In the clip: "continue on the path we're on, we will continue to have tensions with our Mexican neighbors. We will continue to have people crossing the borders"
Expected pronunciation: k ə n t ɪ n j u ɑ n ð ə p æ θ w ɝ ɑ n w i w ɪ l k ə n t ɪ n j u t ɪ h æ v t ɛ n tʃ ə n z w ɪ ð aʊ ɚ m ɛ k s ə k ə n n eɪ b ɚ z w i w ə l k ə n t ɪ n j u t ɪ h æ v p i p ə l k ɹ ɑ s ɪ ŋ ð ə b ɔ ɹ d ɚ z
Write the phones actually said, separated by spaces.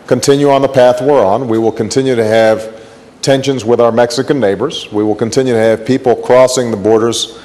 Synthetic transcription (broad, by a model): k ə n t ɪ n j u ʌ n ð ə p æ θ w ɝ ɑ n w i w ɪ l k ə n t ɪ n j u t ɪ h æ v t ɛ n ʃ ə n z w ɪ ð aʊ ɚ m ɛ k s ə k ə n n eɪ b ɚ z w i w ə l k ə n t ɪ n j u t ɪ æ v p i p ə l k ɹ ɑ s ɪ ŋ ð ə b ɔ ɹ d ɚ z